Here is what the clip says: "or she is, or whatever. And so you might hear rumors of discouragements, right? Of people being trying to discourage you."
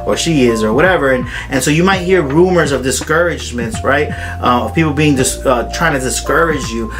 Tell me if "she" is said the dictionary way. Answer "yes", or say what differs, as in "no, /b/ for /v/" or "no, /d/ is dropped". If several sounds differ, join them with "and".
yes